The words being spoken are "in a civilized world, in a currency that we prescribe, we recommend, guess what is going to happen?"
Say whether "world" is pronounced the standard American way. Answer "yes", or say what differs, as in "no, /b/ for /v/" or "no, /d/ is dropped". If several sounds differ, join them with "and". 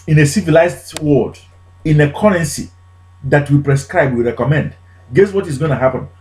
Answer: no, /l/ is dropped